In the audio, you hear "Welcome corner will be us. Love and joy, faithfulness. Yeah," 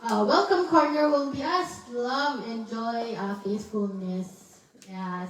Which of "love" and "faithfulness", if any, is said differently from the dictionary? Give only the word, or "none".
faithfulness